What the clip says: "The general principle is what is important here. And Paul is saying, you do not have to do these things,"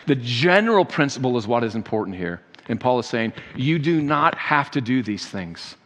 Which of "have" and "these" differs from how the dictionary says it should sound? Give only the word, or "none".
have